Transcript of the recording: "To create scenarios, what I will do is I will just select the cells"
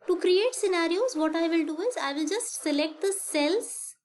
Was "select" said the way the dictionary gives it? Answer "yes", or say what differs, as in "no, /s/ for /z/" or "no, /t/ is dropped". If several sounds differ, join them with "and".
yes